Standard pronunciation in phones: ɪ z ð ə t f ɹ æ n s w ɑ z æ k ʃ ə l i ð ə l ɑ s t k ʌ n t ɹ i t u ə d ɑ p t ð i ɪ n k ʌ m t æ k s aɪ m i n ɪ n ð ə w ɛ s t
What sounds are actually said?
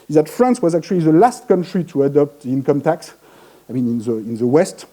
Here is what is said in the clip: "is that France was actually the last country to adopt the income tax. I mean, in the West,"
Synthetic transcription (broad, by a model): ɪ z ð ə t f ɹ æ n s w ɑ z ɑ k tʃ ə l i ð ə l ɑ s t k ʌ n t ɹ i t u ə d ɑ p t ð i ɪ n k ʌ m t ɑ k s aɪ m i n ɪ n ð ə w ɛ s t